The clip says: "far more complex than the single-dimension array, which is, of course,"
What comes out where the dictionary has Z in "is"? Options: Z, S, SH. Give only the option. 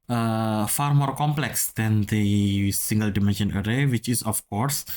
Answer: S